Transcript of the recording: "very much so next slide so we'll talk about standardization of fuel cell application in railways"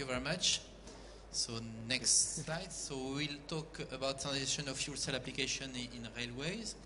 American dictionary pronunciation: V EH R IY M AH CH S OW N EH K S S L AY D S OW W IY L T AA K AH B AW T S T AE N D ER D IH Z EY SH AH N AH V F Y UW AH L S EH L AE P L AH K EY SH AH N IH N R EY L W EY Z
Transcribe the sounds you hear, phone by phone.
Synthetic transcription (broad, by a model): V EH R IY M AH CH S OW N EH K S S L AY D S OW W IY L T AA K AH B AW T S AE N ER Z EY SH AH N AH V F Y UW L S EH L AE P L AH K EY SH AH N IH N R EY L W EY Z